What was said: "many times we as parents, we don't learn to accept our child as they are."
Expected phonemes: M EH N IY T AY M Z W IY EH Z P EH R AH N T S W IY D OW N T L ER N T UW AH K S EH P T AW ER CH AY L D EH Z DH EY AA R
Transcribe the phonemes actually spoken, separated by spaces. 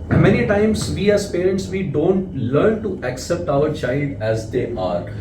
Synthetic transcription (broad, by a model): M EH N IY T AY M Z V IY EH Z P EH R AH N T S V IY D OW N T L ER N T UW AH K S EH P T AW ER CH AY L D EH Z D EY AA R